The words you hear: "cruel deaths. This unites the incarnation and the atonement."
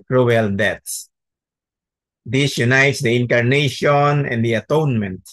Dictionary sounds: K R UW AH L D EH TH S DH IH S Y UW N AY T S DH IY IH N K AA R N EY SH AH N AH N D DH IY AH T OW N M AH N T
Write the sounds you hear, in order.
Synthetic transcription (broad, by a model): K R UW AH L D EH T S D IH S Y UW N AY T S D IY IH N K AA R N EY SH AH N AH N D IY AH T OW N M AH N T